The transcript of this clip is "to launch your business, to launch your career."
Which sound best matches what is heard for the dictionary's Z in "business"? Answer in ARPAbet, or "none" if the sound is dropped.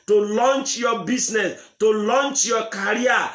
S